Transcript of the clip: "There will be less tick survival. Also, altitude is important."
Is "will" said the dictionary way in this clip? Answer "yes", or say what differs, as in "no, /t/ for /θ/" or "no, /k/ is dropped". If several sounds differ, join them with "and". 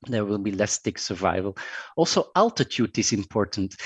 yes